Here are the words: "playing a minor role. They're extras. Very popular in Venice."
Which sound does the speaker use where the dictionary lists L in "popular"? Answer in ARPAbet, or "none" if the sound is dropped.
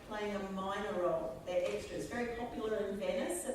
none